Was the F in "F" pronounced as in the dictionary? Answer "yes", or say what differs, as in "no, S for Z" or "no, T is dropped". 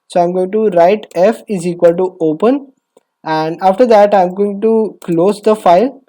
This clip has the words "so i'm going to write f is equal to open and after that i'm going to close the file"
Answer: yes